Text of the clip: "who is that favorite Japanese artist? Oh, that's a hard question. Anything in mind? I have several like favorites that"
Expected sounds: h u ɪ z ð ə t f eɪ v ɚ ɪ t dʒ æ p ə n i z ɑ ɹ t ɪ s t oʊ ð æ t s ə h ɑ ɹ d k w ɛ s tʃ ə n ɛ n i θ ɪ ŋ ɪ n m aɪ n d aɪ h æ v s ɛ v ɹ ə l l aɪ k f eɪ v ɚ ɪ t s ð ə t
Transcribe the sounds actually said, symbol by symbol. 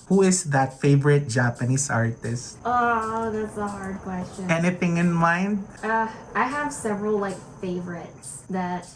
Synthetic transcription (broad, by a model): h u ɪ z ð ə t f eɪ v ɚ ɪ t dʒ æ p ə n i s ɑ ɹ t ɪ s t oʊ ð æ t s ə h ɑ ɹ d k w ɛ s tʃ ə n ɛ n i θ ɪ ŋ ɪ n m aɪ n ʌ aɪ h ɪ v s ɛ v ɹ ə l l aɪ k f eɪ v ɚ ɪ t s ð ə t